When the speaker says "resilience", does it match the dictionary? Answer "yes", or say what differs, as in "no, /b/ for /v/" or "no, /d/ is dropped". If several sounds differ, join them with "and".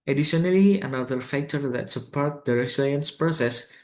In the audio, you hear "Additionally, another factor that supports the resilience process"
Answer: no, /s/ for /z/ and /l/ is dropped